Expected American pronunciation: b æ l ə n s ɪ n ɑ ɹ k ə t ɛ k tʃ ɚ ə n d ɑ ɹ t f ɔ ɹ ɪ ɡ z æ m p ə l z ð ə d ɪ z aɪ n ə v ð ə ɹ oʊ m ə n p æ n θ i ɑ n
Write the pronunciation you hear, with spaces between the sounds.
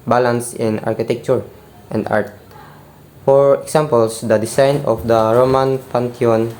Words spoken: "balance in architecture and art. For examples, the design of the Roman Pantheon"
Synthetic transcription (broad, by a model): b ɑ l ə n s ɪ n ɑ ɹ k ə t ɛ k tʃ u ə n d ɑ ɹ t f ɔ ɹ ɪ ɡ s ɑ m p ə l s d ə d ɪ s aɪ n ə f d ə ɹ oʊ m ə n p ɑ n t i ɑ n